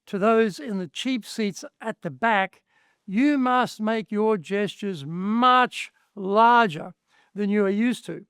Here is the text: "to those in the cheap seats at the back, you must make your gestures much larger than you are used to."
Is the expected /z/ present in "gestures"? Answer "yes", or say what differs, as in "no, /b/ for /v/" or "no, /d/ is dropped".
yes